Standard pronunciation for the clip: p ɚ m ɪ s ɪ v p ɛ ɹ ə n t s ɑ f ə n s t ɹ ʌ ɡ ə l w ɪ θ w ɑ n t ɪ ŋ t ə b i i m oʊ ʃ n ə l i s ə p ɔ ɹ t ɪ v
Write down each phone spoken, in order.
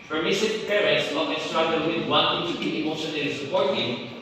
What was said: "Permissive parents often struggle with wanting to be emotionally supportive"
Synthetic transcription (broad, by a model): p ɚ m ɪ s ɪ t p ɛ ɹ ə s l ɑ ə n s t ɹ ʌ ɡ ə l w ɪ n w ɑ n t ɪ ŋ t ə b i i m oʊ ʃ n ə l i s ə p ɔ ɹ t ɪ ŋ